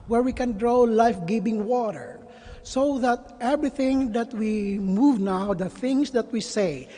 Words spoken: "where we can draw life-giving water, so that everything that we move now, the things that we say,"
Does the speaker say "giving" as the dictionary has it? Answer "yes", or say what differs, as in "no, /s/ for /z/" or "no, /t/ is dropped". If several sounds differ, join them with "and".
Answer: no, /b/ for /v/